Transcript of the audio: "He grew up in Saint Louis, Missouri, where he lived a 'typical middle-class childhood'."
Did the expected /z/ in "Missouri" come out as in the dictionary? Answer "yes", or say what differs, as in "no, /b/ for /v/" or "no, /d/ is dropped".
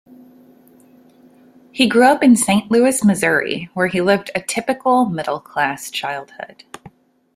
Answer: yes